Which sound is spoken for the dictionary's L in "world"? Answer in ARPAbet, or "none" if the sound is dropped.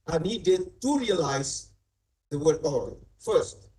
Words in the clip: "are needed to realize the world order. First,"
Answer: none